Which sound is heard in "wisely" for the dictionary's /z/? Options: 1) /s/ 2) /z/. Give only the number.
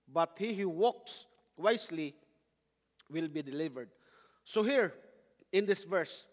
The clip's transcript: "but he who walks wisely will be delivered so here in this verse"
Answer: 1